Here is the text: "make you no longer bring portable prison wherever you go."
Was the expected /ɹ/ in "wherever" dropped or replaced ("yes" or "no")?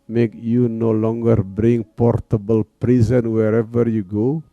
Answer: no